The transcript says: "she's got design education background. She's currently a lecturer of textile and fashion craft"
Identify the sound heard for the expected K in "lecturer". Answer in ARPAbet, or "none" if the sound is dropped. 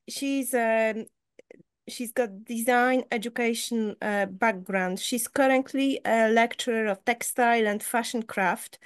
K